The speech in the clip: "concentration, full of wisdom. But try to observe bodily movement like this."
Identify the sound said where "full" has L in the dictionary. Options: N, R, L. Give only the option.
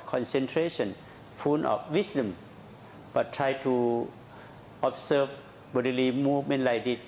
N